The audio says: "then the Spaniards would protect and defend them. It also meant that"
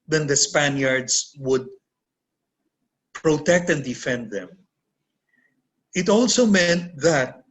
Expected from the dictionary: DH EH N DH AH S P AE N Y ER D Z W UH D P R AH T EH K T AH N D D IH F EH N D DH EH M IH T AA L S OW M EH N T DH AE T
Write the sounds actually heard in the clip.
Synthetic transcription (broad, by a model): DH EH N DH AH S P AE N Y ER D S W UH D P R AH T EH K T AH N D D IH F EH N D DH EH M IH T AA L S OW M EH N T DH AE T